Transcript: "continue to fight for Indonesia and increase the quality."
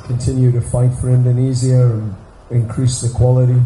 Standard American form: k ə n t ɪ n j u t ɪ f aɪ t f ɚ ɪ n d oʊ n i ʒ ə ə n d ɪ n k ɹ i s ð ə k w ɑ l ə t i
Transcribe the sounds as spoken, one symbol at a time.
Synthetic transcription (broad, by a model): k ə n t ɪ n j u t ɪ f aɪ t f ɚ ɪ n d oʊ n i z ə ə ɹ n ɪ n k ɹ i s ð ə k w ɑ l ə t i